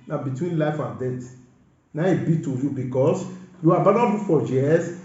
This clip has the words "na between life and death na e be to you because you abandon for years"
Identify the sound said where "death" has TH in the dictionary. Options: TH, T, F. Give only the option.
T